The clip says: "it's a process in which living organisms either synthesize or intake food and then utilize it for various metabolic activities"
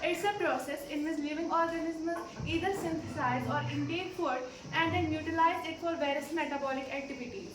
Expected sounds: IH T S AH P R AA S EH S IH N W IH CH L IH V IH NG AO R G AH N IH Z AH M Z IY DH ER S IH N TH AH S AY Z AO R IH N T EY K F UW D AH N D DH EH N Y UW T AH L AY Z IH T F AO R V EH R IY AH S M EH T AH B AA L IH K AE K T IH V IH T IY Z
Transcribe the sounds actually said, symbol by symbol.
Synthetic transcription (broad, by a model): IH T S AH P R AA S EH S IH N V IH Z L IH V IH NG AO R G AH N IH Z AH Z IY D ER S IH N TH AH S AY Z AO R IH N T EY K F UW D AH N D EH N Y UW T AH L AY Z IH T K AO L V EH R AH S M EH T AH B AA L IH K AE K T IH V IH T IY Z